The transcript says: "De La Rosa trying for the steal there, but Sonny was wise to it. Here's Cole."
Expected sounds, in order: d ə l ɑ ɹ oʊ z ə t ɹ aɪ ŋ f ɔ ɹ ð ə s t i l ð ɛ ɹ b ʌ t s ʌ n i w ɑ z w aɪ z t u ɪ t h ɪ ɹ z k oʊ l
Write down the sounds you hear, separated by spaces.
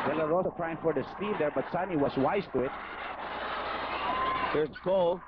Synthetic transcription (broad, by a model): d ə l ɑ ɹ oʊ s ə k ɹ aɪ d f ɔ ɹ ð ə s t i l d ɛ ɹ b ʌ t s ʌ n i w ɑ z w aɪ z t u ɪ t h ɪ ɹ k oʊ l